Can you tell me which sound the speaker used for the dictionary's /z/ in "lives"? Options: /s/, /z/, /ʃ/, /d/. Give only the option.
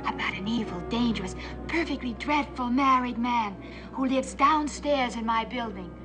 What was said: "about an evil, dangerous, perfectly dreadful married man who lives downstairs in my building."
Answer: /z/